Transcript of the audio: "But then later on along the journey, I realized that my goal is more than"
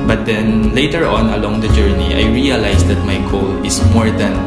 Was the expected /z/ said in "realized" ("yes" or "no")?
no